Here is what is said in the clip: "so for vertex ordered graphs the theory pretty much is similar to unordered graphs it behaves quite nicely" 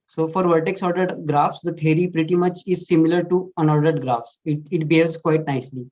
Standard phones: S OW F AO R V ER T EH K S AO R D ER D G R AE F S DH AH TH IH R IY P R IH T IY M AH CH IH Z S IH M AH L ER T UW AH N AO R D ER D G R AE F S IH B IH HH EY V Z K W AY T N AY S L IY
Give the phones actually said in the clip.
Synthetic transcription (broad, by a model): S OW F AO R V ER T EH K S AO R D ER D G R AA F S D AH T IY R IY P R IH T IY M AH CH IH Z S IH M AH L ER T UW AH N AO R D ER D G R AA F S IH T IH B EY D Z K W AY T N AY S L IY